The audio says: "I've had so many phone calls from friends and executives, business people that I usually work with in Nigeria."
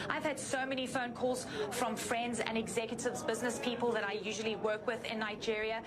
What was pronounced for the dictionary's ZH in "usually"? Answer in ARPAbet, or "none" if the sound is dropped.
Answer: ZH